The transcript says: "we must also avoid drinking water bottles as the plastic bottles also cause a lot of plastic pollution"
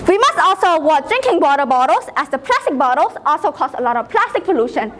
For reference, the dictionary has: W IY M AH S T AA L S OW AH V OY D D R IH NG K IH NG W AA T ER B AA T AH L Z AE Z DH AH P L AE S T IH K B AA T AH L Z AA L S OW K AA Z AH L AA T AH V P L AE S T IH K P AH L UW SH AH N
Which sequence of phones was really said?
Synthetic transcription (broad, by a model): W IY M AH S T AA L S OW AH W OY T D R IH NG K IH NG W AA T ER B AA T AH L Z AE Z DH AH P L AE S T IH K B AA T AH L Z AA L S OW K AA S AH L AA T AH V P L AE S T IH K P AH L UW SH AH N